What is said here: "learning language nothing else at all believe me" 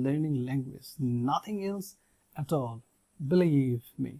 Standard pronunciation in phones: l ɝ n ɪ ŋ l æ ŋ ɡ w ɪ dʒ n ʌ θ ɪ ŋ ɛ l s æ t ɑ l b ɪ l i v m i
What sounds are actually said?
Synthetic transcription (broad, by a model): l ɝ n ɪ ŋ l æ ŋ ɡ w ɪ dʒ n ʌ t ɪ ŋ ɛ l s æ t ɑ l b ɪ l i v m i